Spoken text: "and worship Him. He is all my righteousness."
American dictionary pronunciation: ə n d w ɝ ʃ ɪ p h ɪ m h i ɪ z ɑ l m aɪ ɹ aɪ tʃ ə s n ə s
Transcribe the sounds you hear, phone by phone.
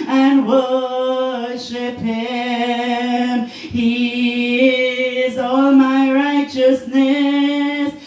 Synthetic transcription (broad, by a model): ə n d w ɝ ʃ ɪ p h ɪ m h i ɪ z ɑ l m aɪ ɹ aɪ tʃ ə s n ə s